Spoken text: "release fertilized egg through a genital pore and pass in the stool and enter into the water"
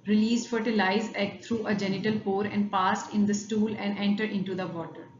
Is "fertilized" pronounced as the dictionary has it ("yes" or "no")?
no